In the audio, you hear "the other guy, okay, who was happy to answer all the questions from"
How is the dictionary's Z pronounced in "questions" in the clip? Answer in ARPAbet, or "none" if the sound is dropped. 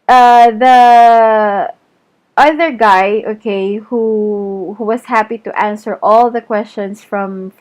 S